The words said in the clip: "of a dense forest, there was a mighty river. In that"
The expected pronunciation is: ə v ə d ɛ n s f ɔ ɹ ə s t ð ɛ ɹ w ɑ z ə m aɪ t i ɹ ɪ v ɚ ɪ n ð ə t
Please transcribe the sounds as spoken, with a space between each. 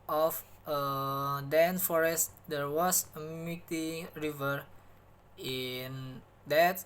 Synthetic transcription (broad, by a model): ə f ə d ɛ n f ɔ ɹ ə s t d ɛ ɹ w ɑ s ə m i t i ɹ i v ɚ ɪ n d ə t